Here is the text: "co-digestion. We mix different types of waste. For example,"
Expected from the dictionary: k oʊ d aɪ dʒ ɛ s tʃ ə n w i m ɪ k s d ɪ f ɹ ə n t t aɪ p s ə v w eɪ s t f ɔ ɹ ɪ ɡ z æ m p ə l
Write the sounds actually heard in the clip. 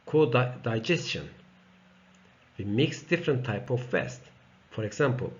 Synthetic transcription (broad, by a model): k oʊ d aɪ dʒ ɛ s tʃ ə n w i m ɪ k s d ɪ f ɹ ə n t t aɪ p ə v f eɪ s t f ɔ ɹ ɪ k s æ m p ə l